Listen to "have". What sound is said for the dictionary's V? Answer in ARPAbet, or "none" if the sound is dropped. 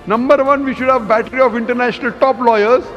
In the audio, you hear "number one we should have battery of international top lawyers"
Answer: V